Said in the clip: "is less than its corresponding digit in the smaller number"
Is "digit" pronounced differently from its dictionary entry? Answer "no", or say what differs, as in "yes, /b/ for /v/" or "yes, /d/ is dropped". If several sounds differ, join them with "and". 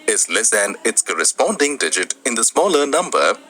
no